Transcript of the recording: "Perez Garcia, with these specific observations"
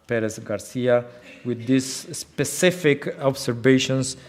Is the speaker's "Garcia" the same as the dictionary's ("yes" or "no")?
yes